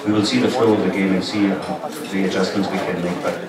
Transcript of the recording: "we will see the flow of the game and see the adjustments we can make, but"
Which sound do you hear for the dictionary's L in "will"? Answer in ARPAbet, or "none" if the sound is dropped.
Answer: L